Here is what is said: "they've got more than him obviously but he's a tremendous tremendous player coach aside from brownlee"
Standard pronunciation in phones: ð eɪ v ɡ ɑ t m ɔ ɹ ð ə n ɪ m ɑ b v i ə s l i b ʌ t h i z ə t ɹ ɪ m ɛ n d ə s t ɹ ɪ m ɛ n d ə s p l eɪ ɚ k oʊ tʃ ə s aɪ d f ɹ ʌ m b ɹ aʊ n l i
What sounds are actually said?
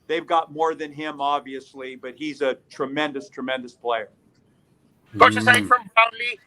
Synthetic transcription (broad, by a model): ð eɪ v ɡ ɑ t m ɔ ɹ ð ə n ɪ m ɑ b v i ə s l i b ʌ t h i z ə t ɹ ɪ m ɛ n d ə s t ɹ ɪ m ɛ n d ə s p l eɪ ɚ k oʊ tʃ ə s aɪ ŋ f ɹ ʌ m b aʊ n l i